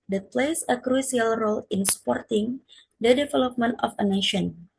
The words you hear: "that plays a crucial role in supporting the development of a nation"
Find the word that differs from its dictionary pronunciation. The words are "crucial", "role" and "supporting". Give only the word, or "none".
crucial